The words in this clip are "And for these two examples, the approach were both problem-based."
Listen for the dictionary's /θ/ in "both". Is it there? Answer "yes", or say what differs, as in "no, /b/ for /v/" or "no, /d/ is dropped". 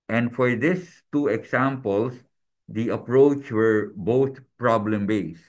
no, /t/ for /θ/